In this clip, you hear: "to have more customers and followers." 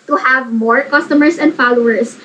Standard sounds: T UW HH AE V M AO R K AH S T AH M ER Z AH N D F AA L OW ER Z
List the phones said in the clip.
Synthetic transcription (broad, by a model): T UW HH AE V M AO R K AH S T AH M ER S AH N D F AA L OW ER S